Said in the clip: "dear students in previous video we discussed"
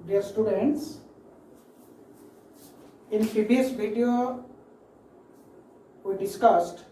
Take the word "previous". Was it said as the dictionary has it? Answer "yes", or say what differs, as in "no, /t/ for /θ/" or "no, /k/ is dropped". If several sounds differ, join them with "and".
no, /b/ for /v/